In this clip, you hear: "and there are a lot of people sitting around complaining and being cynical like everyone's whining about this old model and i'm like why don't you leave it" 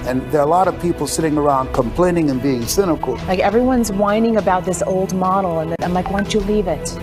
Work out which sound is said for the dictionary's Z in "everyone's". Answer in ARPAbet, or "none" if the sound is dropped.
Z